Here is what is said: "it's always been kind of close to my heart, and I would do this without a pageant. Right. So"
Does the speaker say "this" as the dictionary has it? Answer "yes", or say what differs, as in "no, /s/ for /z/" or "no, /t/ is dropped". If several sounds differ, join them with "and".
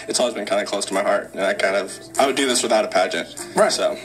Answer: yes